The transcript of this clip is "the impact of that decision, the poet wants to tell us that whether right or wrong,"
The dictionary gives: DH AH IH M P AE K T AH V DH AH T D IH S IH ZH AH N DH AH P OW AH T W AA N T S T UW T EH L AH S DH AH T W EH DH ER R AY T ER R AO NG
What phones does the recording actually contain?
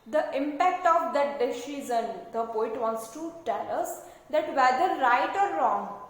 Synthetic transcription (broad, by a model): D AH IH M P AE K T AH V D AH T D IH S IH Z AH N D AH P OW AH T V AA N T S T UW T EH L AH S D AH T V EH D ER R AY T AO R AO NG